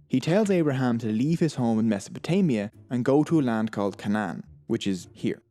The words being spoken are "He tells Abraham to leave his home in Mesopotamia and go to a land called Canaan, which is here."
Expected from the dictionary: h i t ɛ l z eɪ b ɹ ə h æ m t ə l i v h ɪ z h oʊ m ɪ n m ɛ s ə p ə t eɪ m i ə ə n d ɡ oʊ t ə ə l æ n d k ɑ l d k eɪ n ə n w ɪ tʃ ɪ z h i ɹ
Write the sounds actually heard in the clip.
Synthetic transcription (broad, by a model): h i t ɛ l z eɪ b ɹ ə h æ m t ə l i v ɪ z h oʊ m ɪ n m ɛ s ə p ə t eɪ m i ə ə n ɡ oʊ t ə ə l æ n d k ɑ l d k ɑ n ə n w ɪ tʃ ɪ z h i ɹ